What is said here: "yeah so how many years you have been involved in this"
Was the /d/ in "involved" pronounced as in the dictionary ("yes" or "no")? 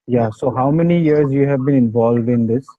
yes